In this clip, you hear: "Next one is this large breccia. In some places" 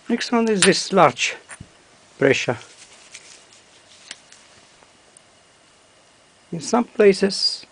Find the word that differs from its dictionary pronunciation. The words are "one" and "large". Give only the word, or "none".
none